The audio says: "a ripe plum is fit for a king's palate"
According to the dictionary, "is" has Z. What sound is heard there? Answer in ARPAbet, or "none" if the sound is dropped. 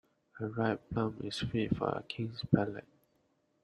S